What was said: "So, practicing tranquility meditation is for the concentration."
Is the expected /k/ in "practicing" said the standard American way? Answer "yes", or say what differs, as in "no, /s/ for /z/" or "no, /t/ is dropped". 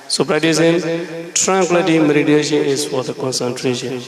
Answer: no, /k/ is dropped